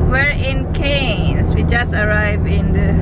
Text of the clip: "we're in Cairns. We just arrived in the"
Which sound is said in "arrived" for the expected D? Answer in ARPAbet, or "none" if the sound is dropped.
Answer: none